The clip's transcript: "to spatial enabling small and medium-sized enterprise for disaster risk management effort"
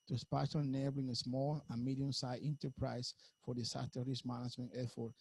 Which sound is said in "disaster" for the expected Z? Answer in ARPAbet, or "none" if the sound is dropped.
S